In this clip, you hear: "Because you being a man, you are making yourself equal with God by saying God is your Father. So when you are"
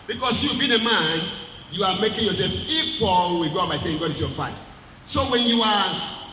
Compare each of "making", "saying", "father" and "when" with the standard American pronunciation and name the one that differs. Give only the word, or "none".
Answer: father